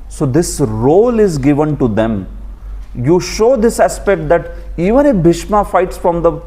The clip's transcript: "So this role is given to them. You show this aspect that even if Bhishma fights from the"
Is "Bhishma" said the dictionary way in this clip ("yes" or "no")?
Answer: yes